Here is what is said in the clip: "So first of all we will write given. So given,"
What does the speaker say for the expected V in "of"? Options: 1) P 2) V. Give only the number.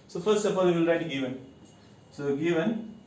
1